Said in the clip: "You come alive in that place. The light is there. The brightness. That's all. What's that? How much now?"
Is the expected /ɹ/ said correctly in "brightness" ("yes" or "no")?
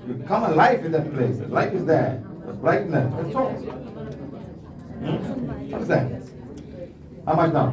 no